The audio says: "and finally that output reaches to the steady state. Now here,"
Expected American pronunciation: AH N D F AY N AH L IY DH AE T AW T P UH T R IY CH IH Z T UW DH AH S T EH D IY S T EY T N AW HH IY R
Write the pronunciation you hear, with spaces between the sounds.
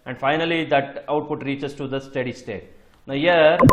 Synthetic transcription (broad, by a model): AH N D F AY N AH L IY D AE T AW T P UH T R IY CH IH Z T UW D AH S T EH D IY S T EY T N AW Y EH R